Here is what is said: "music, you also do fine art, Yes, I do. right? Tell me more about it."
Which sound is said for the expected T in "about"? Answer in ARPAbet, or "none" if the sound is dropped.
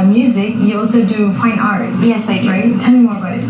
none